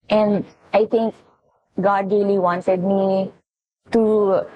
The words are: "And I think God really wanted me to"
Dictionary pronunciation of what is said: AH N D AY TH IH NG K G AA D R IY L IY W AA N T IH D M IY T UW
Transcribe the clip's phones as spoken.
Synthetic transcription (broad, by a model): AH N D AY T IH NG K G AA D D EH L IY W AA N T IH D M IY T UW